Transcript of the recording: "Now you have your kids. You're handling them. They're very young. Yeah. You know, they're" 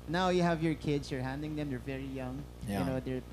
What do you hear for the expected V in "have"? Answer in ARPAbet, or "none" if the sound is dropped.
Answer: V